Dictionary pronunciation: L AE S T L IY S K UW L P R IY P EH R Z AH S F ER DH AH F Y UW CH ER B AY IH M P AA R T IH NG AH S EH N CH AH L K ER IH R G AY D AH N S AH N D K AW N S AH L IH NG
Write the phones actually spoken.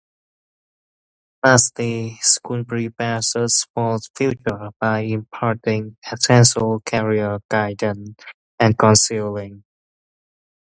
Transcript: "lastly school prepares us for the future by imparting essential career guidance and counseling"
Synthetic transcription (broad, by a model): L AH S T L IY S K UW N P R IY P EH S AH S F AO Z F Y UW CH ER B AY IH M P AA R T IH NG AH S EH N S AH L K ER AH R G AY D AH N AH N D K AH N S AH L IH NG